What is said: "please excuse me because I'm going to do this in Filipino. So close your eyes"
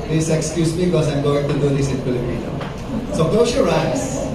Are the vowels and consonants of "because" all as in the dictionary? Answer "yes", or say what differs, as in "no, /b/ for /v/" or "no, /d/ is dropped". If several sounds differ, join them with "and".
no, /z/ is dropped